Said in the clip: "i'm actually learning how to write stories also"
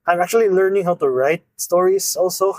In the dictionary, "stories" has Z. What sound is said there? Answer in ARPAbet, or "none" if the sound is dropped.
S